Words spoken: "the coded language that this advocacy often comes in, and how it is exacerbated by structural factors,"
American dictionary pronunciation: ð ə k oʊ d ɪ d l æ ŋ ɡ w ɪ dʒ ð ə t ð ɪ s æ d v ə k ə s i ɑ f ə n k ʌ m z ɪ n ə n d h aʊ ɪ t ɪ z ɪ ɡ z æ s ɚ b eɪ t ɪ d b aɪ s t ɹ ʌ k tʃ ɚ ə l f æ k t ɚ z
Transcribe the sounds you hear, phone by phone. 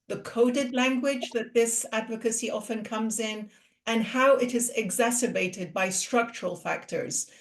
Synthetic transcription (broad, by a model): ð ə k oʊ d ɪ d l æ ŋ ɡ w ɪ dʒ ð ə t ð ɪ s æ d v ə k ə s i ɑ f ə n k ʌ m z ɪ n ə n h aʊ ɪ t ɪ z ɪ ɡ z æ s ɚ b eɪ t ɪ d b aɪ s t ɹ ʌ k tʃ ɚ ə l f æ k t ɚ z